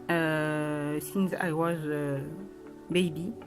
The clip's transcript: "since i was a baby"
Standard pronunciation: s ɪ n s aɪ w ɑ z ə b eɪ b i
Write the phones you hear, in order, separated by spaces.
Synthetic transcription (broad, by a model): s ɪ n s aɪ w ɑ z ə b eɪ b i